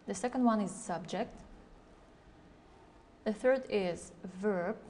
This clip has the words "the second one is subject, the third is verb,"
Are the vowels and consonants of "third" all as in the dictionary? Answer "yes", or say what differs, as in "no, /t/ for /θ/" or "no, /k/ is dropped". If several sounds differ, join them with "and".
yes